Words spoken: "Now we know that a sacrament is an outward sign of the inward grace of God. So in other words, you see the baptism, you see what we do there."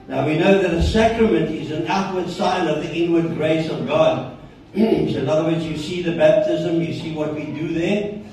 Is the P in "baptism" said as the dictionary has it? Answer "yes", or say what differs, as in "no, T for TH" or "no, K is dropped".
yes